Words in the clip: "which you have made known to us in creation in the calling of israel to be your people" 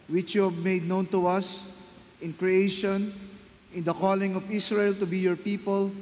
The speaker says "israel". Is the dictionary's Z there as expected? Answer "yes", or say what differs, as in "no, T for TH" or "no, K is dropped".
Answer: no, S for Z